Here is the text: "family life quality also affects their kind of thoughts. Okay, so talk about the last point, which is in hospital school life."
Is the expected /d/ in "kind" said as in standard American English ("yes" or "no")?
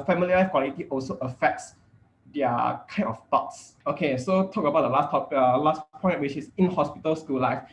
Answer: no